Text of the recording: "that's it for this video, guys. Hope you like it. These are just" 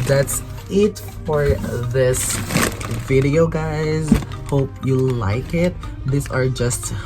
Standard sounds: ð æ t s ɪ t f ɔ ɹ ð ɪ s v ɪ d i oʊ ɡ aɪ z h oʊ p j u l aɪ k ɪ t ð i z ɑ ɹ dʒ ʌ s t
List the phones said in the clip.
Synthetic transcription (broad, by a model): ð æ t s ɪ t f ɔ ɹ ð ɪ s v ɪ d i oʊ ɡ aɪ z h oʊ p j u l aɪ k ɪ t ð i s ɑ ɹ dʒ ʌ s t